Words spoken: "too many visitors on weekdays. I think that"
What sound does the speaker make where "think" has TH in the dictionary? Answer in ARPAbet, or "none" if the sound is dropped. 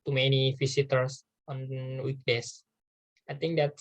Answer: T